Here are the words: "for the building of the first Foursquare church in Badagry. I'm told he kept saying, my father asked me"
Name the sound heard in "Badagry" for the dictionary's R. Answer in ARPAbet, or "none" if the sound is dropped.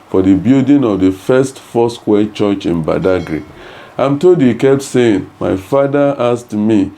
R